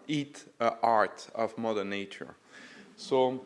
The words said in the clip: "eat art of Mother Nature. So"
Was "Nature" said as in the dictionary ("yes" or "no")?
yes